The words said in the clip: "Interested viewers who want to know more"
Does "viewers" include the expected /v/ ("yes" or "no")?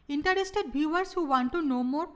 no